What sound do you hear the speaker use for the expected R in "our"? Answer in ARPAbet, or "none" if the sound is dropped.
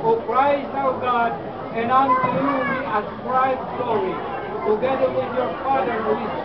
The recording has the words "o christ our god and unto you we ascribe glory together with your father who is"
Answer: W